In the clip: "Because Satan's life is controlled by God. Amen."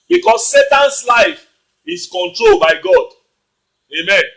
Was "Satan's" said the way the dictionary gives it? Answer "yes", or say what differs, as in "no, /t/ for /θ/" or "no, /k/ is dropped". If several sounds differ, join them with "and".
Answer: no, /s/ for /z/